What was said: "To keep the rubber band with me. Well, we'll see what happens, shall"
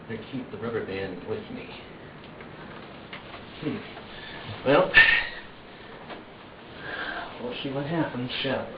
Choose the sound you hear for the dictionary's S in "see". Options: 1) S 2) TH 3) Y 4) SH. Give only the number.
4